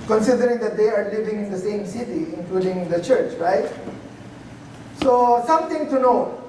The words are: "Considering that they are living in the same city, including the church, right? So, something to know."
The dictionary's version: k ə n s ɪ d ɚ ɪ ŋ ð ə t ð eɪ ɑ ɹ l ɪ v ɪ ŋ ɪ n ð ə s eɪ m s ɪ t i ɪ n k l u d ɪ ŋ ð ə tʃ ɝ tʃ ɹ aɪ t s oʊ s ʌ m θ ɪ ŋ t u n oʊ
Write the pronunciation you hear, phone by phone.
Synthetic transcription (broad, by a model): k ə n s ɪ d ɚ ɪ ŋ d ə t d eɪ ɑ ɹ l ɪ v ɪ ŋ ɪ n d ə s eɪ m s ɪ t i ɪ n k l u d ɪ ŋ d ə tʃ ɝ tʃ ɹ aɪ t s oʊ s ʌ m t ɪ ŋ t u n oʊ